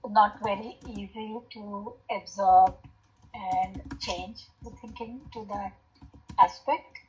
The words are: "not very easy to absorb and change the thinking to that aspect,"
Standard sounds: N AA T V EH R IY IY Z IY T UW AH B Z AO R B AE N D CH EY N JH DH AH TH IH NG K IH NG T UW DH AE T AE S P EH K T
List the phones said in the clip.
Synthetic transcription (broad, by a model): N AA T V EH R IY IY Z IY T UW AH B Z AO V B AE N D CH EY N JH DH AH T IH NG K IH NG T UW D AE T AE S P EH K T